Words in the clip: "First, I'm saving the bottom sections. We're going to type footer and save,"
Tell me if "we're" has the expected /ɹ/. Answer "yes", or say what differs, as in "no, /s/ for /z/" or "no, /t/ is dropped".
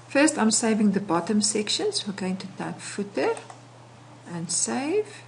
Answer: no, /l/ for /ɹ/